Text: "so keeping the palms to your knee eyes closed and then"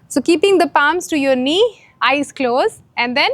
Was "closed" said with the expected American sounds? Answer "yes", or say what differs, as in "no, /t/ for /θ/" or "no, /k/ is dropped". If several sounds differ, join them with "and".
no, /d/ is dropped